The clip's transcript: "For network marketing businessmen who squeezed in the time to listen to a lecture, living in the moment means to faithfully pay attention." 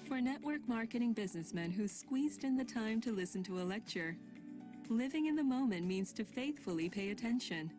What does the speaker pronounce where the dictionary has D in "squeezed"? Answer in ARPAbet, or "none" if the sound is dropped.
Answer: D